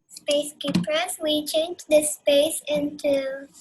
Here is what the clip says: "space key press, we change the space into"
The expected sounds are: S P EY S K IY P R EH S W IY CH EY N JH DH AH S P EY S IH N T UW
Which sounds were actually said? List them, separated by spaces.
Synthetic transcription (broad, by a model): S P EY S K IY P AH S W IY CH EY N JH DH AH S P EY S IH N T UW